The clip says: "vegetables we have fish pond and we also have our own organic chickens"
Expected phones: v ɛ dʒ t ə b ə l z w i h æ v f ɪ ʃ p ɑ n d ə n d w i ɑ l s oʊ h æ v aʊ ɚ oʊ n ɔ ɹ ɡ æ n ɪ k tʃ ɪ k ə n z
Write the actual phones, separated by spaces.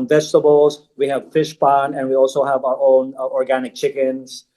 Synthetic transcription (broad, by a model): v ɛ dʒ t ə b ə l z w i h æ v f ɪ ʃ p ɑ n ə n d w i ɑ l s oʊ h æ v aʊ ɚ oʊ n ɔ ɹ ɡ æ n ɪ k tʃ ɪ k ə n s